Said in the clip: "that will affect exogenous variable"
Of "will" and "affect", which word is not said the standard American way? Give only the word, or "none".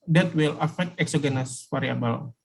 none